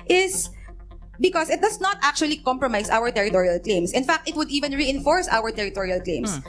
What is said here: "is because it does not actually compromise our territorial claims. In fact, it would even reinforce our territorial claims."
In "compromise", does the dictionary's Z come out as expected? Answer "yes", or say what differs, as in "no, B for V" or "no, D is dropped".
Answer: no, S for Z